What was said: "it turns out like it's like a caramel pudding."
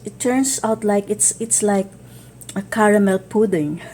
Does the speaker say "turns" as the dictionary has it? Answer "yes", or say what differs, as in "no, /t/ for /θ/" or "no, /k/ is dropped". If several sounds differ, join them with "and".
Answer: no, /s/ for /z/